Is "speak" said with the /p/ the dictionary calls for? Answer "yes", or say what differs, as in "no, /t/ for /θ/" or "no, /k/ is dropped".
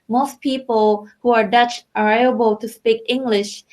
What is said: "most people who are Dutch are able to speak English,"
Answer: yes